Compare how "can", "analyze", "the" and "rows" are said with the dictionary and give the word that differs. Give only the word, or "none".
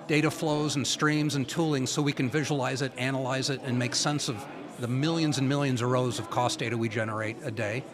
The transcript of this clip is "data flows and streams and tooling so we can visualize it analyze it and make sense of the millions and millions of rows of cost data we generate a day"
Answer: none